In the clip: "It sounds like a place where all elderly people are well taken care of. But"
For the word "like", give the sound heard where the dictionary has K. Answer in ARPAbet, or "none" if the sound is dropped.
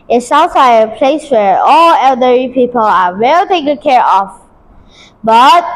none